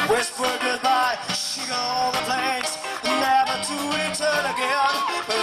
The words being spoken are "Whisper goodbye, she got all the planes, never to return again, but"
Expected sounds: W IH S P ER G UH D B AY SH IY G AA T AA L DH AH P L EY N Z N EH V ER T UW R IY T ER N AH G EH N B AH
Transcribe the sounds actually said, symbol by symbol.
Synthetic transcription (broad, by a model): W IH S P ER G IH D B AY SH IY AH AA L DH AH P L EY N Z N EH V ER T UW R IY T ER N AH G EH N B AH